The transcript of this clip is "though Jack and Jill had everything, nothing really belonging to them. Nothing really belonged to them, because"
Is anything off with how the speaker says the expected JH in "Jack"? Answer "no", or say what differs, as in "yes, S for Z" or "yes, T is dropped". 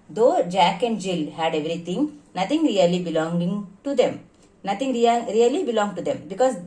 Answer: no